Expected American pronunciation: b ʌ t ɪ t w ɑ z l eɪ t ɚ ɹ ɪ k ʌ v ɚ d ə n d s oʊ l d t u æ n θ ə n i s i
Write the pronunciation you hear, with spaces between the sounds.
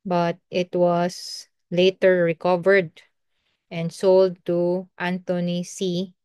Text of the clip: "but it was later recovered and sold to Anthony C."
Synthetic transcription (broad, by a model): b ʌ t ɪ t w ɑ s l eɪ t ɚ ɹ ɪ k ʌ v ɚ d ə n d s oʊ l d t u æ n t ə n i s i